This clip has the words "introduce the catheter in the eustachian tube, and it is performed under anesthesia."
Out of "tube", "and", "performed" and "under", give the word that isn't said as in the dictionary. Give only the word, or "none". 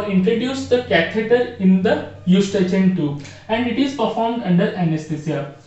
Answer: tube